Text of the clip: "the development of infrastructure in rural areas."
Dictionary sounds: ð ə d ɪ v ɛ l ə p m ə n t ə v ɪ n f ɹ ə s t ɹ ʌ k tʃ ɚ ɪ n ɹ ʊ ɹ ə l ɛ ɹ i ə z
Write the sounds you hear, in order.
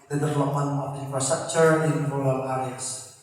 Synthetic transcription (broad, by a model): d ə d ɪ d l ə m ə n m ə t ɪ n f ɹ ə s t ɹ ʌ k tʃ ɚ ɪ n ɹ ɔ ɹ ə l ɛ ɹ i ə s